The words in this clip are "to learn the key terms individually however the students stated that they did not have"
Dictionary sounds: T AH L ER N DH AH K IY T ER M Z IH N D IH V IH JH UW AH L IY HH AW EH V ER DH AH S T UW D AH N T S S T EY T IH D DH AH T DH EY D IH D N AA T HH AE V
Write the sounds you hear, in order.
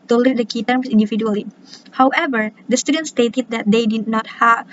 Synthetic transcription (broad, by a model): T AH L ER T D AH K IY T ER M S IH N D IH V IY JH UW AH L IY HH AW EH V ER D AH S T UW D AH N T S S T EY T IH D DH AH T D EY D IH D N AA T HH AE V